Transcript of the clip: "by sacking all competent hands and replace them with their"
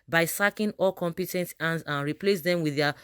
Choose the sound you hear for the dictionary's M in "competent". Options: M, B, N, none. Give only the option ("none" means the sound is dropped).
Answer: M